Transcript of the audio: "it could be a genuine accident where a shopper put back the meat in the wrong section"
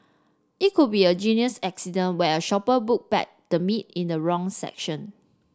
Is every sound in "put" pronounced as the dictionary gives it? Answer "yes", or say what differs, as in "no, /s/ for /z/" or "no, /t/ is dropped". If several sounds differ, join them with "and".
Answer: no, /b/ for /p/